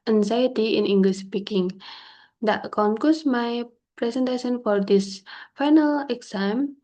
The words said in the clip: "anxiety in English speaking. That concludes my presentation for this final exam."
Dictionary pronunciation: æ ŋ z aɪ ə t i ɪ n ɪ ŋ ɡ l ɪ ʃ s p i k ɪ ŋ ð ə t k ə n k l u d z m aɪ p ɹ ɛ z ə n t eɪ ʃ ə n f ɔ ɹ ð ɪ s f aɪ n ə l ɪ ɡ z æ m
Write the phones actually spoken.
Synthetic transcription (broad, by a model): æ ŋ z aɪ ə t i ɪ n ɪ ŋ ɡ l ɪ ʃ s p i k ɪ ŋ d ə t k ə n k u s m aɪ p ɹ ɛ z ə n t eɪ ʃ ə n f ɔ ɹ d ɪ s f aɪ n ə l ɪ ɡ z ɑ m